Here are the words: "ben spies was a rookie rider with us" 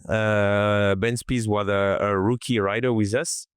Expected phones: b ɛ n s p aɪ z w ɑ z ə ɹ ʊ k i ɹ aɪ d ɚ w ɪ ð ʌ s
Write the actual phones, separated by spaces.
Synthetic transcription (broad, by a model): b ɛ n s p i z w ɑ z ə ɹ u k i ɹ aɪ d ɚ w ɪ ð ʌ s